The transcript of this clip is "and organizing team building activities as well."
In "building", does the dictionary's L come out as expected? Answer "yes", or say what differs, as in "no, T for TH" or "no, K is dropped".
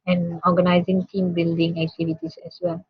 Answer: yes